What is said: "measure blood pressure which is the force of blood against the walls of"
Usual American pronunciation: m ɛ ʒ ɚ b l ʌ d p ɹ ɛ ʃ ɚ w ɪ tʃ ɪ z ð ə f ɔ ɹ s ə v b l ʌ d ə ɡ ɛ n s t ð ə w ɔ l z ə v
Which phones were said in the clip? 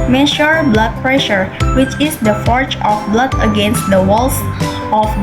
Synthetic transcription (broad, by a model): m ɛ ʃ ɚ b l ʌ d p ɹ ɛ ʃ ɚ w ɪ tʃ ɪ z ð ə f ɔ ɹ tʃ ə f b l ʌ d ə ɡ ɛ n s t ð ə w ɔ l s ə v